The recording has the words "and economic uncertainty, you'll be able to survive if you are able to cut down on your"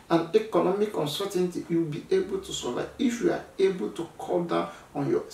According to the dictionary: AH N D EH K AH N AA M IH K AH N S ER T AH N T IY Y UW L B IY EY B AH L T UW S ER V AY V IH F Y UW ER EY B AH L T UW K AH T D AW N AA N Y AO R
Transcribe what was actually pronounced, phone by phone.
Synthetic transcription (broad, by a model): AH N EH K AH N AA M IH K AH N S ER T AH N T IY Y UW W B IY EY B AH L T UW S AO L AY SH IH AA EY B AH L T UW K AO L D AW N AA N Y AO